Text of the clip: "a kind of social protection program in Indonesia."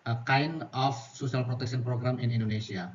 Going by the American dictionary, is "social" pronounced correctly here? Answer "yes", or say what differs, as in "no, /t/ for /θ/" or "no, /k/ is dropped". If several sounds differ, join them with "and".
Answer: no, /s/ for /ʃ/